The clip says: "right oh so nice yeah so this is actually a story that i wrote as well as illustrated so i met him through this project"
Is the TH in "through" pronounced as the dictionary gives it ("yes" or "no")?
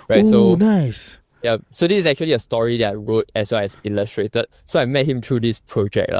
no